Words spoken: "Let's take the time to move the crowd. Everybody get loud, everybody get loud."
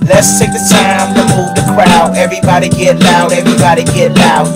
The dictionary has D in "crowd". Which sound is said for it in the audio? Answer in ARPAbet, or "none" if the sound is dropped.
none